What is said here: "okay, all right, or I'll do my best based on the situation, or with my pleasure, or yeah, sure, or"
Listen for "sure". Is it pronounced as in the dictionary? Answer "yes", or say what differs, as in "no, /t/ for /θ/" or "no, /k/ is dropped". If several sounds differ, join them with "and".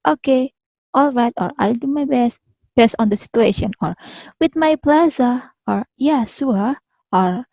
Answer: no, /s/ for /ʃ/